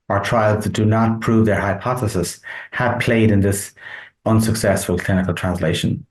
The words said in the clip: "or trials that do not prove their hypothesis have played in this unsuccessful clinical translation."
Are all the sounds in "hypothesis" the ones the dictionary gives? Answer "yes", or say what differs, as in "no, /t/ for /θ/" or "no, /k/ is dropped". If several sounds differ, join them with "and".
yes